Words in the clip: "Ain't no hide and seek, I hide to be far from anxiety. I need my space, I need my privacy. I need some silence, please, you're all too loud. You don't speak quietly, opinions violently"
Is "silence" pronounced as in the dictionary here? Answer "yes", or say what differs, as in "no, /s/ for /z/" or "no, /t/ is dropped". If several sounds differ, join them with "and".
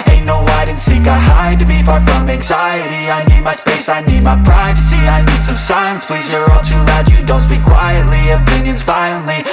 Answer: no, /l/ is dropped